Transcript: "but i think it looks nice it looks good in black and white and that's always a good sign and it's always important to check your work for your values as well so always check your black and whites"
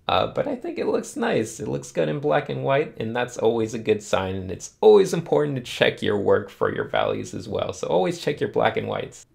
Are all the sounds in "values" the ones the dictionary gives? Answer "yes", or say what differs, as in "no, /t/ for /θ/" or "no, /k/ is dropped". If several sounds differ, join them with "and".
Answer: yes